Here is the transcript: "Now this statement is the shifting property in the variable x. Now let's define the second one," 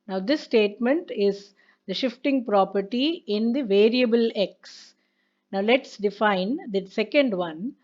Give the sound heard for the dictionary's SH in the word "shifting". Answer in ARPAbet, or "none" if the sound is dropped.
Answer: SH